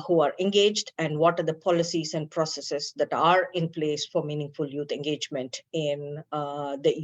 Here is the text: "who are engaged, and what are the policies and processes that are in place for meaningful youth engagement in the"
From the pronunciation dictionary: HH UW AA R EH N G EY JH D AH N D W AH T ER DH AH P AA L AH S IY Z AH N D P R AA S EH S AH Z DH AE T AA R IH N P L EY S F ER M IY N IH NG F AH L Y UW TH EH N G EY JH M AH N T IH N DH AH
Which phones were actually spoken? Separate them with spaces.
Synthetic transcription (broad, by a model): HH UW AA R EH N G EY JH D AH N D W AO T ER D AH P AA L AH S IY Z AH N D P R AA S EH S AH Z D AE T AA R IH N P L EY S F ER M IY N IH NG F AH L Y UW T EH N G EY JH M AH N T IH N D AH